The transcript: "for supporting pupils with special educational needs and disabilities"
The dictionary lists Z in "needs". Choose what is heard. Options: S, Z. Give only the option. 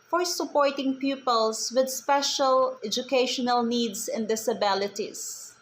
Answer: S